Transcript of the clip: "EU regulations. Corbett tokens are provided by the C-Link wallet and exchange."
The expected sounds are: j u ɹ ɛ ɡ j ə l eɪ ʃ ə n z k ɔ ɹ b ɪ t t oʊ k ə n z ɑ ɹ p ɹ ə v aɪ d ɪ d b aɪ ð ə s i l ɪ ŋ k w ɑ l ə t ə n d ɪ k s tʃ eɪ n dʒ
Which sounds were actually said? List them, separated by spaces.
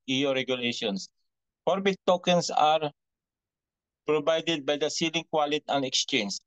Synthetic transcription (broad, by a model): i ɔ ɹ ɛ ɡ j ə l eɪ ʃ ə n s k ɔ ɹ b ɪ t t oʊ k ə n s ɑ ɹ p ɹ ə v aɪ d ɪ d b aɪ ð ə s i l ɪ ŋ k w ɑ l ə t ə n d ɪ k s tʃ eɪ n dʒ